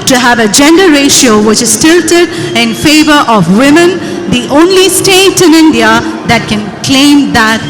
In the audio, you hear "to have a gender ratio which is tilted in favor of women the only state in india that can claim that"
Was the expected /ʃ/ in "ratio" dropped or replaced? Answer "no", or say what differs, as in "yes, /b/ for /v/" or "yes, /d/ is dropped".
no